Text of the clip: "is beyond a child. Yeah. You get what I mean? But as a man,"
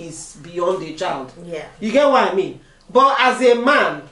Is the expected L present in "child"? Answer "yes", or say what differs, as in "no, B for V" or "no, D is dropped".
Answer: yes